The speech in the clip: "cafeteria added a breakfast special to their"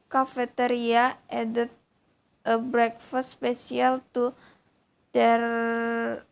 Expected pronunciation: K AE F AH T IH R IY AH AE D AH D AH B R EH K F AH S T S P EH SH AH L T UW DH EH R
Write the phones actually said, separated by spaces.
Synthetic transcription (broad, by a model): K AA F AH T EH R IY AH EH D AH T AH B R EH K F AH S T S P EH S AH L T UW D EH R